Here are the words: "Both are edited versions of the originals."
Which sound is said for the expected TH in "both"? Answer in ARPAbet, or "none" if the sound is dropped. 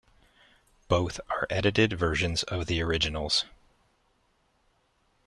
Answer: TH